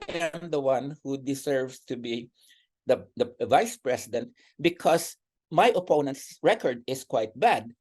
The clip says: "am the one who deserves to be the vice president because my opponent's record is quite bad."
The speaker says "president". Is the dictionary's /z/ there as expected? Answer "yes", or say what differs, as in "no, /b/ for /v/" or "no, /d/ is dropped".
no, /s/ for /z/